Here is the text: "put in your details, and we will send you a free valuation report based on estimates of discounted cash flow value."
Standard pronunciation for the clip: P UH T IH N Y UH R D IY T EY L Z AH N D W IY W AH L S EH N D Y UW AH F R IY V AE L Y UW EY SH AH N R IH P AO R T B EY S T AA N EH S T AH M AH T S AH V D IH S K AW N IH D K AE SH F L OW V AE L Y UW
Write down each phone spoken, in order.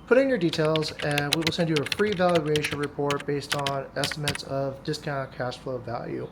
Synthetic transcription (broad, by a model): P UH T IH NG Y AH R D IY T EY L Z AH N W IY W AH L S EH N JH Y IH AH F R IY V AE L Y UW EY SH AH N R IH P AO R T B EY S T N EH S T AH M AH T S AH V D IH S K AW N K AE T F L OW V AE L Y UW